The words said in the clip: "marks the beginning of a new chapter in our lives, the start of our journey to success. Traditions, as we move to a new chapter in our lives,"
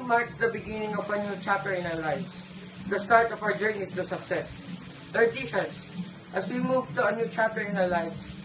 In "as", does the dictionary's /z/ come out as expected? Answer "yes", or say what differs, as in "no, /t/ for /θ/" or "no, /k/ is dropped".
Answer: no, /s/ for /z/